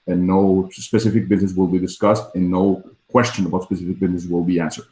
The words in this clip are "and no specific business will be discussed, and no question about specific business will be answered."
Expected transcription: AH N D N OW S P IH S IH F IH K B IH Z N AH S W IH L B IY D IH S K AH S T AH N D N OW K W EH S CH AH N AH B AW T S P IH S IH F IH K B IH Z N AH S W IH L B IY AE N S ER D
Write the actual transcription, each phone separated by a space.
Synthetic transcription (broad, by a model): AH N N OW S P IH S IH F IH K B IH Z N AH S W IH L B IY D IH S K AH S T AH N N OW K W EH S CH AH N AH B AW T S P IH S IH F IH K B IH Z N AH S W IH L B IY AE N S ER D